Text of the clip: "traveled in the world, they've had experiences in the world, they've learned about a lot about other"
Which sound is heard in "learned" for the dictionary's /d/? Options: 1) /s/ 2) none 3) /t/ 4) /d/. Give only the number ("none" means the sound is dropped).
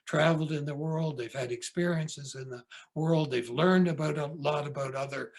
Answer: 4